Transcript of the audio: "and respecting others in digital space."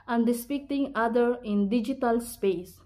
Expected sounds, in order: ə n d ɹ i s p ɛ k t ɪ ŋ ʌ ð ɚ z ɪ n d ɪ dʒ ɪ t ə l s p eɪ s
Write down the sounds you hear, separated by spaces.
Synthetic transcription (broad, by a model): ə n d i s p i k t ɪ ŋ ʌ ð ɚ ɪ n d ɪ dʒ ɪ t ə l s p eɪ s